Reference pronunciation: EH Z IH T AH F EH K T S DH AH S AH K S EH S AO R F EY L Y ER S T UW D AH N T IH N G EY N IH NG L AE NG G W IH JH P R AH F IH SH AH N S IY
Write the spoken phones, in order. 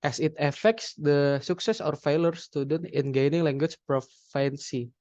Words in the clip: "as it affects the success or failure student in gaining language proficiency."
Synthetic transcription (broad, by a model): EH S IH T AH F EH K T S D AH S AH K S EH S AO R F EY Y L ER S T UW D AH N T IH N G EY N IH NG L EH NG G W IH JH P R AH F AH N S IY